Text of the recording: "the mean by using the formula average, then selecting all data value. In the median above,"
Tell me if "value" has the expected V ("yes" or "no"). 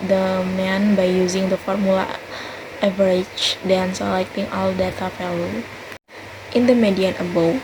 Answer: no